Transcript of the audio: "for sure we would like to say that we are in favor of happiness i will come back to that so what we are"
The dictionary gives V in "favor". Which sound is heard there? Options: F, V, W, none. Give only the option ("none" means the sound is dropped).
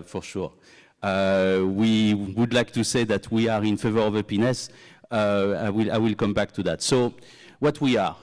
V